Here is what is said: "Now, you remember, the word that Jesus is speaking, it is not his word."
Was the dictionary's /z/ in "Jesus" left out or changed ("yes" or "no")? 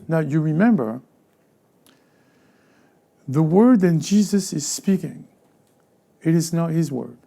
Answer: no